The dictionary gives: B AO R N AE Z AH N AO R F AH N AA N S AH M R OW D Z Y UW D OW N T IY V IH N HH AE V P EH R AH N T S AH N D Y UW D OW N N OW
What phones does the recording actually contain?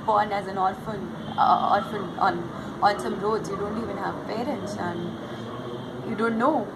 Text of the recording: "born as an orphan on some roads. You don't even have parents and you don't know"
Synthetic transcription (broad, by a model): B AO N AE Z AH N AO L F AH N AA N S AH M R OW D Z Y UW D OW N T IY V IH N HH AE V P EH R AH N T S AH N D Y UW D OW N N OW